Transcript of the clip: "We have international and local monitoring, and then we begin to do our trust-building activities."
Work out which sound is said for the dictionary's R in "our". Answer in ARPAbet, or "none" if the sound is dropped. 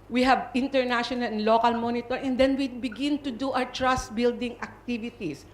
W